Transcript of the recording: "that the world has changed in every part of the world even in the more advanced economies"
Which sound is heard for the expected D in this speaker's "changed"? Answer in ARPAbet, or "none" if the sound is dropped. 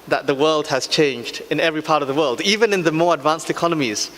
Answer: D